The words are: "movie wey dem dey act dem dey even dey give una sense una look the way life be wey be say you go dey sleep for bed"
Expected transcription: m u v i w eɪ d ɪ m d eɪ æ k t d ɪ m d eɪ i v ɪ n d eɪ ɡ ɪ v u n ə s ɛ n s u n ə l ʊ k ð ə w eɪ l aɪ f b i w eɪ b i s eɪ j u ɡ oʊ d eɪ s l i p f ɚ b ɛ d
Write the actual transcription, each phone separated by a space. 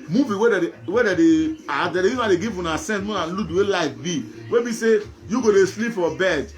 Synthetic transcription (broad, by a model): m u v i w eɪ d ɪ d d eɪ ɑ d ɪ d eɪ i ɪ d eɪ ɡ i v u n ə s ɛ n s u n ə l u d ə w eɪ l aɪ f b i w eɪ b i s eɪ j u ɡ oʊ d eɪ s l i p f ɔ b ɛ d